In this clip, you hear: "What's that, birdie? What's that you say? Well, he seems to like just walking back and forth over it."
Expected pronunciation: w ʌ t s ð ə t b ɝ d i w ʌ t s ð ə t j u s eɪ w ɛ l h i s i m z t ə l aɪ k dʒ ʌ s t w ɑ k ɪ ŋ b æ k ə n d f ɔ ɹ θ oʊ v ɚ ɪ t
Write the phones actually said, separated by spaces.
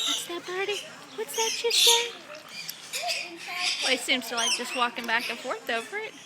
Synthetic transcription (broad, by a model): w ʌ t s ð ə t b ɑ d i w ʌ t s ð ə t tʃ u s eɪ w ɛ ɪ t s i m z t ə l aɪ k dʒ ʌ s t w ɑ k ɪ ŋ b æ k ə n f ɔ ɹ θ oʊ f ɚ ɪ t